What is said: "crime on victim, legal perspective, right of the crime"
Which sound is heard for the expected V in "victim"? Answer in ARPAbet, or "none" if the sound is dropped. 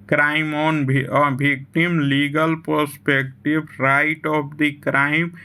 B